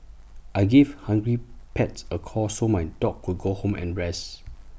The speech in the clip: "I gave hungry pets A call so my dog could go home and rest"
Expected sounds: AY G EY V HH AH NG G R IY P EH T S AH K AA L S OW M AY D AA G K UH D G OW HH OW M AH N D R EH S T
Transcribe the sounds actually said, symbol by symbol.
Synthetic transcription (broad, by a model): AY G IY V HH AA NG G R IY P EH T S AH K AA S OW M AY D AA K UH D G OW HH OW M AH N R EH S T